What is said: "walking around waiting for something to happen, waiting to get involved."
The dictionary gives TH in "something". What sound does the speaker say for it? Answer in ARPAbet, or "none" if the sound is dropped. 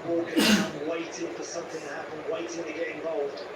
TH